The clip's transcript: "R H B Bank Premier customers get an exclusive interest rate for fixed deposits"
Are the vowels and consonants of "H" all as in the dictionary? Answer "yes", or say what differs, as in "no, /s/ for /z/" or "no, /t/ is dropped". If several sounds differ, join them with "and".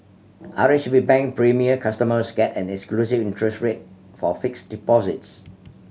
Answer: no, /ʃ/ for /tʃ/